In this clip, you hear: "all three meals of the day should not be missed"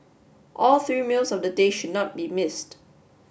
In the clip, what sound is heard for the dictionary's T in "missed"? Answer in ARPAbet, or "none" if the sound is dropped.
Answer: T